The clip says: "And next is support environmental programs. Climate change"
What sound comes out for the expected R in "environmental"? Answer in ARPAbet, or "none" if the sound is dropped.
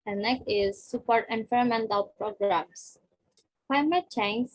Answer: none